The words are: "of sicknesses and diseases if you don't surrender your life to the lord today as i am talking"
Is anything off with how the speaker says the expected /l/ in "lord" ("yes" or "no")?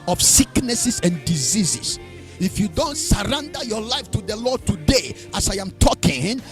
no